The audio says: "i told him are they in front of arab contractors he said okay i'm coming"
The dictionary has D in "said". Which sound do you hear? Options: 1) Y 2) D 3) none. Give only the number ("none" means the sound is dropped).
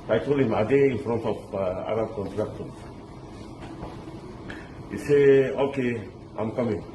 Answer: 3